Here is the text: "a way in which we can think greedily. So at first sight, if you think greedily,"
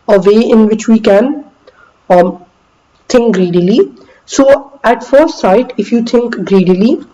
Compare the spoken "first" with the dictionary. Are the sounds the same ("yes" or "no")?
no